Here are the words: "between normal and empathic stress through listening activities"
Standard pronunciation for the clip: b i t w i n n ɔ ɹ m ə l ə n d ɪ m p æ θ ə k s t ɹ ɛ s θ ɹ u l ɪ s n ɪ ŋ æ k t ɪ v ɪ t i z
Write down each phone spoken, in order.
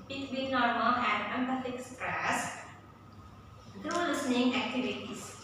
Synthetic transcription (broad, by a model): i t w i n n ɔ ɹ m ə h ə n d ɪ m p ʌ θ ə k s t ɹ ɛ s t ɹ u l ɪ s n ɪ ŋ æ k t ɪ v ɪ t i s